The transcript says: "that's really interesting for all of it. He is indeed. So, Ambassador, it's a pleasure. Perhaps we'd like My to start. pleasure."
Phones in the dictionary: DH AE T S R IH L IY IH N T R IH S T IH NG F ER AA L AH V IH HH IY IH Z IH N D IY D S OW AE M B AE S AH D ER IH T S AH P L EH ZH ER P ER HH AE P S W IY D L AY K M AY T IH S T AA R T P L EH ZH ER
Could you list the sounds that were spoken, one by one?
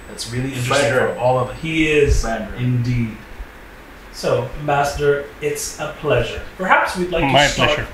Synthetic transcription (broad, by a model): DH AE T S R IH L IY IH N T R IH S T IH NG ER AA L AH V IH HH IY IH Z IH N D IY D S OW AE M AE S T ER IH T S AH P L EH ZH ER P ER HH AE P S W IY D L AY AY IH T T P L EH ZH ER